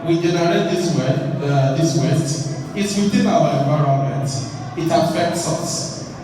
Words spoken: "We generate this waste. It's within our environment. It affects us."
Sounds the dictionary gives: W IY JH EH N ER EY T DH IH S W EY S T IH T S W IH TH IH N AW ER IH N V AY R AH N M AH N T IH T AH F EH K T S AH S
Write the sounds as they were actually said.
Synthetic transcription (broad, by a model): W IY JH EH N ER EY T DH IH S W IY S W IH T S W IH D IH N AW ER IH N V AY R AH N M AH N T IH T AH F EH K T S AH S